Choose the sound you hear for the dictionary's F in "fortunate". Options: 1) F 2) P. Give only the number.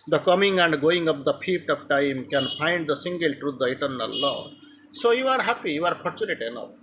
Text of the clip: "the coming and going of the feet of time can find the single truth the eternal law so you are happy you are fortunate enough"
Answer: 2